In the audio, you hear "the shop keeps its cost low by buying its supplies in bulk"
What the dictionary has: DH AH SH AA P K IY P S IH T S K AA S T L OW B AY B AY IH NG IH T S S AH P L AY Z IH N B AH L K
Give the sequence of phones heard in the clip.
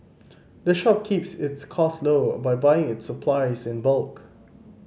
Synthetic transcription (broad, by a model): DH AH SH AA P K IY P S IH T S K AA S L OW B AY B AY IH NG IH T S S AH P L AY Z IH N B AH L K